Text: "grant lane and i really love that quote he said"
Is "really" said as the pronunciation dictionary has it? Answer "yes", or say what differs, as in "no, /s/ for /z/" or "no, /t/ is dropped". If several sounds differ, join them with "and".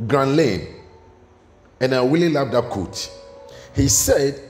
no, /w/ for /ɹ/